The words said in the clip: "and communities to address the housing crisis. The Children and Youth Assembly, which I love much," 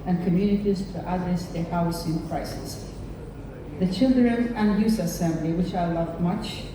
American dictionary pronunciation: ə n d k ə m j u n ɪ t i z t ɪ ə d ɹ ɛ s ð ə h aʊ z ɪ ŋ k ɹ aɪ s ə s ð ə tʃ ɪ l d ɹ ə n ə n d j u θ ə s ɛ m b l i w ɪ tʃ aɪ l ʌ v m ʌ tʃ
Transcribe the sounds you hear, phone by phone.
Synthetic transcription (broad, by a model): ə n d k ə m j u n ɪ t i z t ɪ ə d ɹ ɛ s ð ə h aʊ s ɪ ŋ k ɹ aɪ s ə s ð ə tʃ ɪ l d ɹ ə n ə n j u s ə s ɛ m b l i w ɪ tʃ aɪ l ʌ v m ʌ tʃ